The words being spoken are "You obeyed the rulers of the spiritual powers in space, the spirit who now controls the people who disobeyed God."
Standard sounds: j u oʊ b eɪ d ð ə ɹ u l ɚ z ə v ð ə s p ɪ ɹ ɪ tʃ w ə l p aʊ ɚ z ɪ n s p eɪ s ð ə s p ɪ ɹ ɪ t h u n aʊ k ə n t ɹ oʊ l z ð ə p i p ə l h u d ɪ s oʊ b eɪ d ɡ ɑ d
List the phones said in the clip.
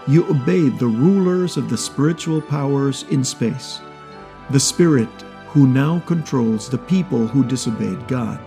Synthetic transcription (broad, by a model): j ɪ oʊ b eɪ d ð ə ɹ u l ɚ z ə v ð ə s p ɪ ɹ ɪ tʃ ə l p aʊ ɚ z ɪ n s p eɪ s ð ə s p ɪ ɹ ɪ t h u n aʊ k ə n t ɹ oʊ l z ð ə p i p ə l h u d ɪ s oʊ b eɪ d ɡ ɑ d